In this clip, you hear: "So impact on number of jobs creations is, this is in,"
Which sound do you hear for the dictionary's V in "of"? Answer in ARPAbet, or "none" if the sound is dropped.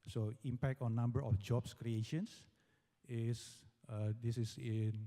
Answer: F